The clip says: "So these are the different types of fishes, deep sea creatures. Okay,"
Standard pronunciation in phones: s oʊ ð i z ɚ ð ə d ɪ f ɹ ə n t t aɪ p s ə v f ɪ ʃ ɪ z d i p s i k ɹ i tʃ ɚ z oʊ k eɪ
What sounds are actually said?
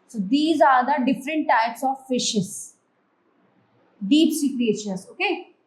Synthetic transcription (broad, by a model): s oʊ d i z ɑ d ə d ɪ f ɹ ə n t t aɪ p s ə v f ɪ ʃ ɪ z d i p s i k ɹ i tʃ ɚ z oʊ k eɪ